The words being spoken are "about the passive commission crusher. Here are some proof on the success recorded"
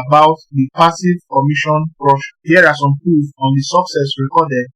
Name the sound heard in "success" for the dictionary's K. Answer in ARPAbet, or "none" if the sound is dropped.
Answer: K